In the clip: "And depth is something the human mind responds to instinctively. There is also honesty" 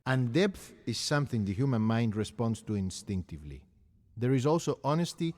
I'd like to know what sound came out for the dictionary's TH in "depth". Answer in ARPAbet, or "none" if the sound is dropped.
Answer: TH